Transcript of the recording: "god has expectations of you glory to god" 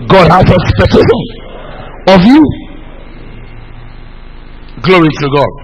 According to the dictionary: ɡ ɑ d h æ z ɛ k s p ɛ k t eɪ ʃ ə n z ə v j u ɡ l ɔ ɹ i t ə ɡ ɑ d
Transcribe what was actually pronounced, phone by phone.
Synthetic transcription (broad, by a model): ɡ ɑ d h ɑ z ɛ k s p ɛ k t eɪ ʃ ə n ə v j u ɡ l ɔ ɹ i t ə ɡ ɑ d